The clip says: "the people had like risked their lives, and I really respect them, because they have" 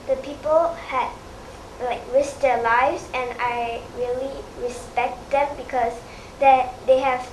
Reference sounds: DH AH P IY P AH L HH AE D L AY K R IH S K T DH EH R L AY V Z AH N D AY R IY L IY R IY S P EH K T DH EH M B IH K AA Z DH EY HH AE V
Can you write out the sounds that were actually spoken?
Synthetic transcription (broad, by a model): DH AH P IY P AH L HH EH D L AY K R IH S T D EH L AY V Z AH N AY R IY L IY R IY S P EH K T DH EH M B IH K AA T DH EY HH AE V